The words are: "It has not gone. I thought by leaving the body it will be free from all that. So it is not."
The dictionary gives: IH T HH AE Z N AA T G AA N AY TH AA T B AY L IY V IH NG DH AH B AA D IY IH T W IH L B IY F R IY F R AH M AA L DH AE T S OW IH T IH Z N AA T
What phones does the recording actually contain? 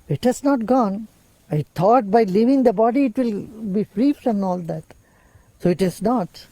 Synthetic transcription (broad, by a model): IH T HH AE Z N AA T G AA N AY T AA T B AY L IY V IH NG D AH B AA D IY IH T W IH L B IY F R IY F R AH M AA L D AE T S OW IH T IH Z N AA T